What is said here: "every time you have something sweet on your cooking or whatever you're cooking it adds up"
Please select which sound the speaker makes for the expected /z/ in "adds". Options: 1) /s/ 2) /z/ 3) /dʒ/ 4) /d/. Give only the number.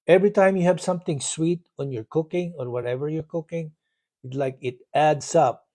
1